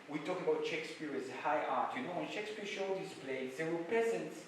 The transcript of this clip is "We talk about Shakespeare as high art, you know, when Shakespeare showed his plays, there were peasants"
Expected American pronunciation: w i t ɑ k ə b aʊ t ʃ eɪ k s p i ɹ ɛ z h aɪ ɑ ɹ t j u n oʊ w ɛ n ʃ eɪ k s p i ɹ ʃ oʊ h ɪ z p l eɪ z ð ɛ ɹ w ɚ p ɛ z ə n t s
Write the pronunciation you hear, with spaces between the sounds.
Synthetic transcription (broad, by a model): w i t ɑ k ə b aʊ t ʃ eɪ k s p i ɹ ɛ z h aɪ ɑ ɹ t j u n oʊ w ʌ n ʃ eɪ k s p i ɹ ʃ oʊ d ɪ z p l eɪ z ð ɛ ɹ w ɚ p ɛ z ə n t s